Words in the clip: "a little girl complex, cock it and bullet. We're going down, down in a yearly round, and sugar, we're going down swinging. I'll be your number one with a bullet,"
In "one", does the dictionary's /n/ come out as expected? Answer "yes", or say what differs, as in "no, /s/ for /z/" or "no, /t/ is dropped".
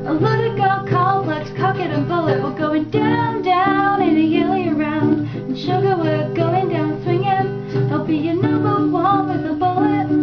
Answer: no, /l/ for /n/